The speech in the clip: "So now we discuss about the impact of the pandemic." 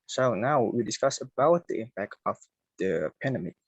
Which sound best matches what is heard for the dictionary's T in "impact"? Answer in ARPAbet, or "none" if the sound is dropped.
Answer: T